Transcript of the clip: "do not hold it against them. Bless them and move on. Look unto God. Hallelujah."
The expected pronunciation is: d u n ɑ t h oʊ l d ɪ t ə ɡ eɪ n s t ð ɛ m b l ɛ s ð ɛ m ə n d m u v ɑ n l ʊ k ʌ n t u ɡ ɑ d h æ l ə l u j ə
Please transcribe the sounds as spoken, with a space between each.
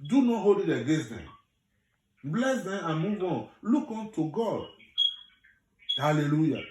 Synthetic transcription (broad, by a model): d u n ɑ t h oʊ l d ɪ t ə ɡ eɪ s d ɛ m b l ɛ s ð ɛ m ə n m u v ɑ n l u k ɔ n t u ɡ ɑ d h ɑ l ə l u j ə